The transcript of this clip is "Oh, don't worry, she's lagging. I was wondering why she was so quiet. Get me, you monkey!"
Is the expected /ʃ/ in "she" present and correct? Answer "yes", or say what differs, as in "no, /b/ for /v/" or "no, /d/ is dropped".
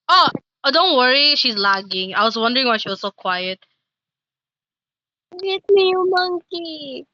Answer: yes